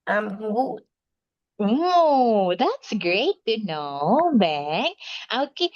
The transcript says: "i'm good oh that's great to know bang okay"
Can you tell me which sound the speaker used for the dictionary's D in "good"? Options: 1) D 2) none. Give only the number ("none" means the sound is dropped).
2